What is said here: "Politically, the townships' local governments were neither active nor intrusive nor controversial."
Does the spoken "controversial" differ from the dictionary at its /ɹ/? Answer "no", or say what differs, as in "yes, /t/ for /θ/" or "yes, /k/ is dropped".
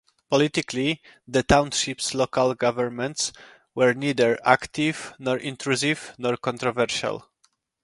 no